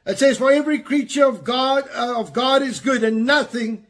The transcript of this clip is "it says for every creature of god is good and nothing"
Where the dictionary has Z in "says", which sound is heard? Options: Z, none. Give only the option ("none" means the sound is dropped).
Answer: Z